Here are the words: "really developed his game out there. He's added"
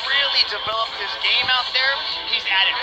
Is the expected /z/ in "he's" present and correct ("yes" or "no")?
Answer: yes